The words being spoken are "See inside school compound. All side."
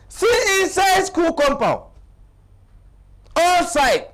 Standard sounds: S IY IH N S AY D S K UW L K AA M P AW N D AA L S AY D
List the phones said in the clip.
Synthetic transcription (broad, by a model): S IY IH S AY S K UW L K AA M P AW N AA L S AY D